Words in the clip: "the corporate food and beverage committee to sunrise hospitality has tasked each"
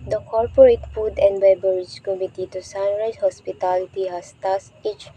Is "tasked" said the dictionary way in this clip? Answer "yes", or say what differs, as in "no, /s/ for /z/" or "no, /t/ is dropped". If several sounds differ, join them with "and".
no, /k/ is dropped